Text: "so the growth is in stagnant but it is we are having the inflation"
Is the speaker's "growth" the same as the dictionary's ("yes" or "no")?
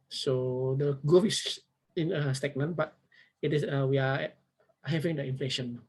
no